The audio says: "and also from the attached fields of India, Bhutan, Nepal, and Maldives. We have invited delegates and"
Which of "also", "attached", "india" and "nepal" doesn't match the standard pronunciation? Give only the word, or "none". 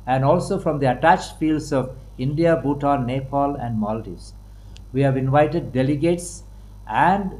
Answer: none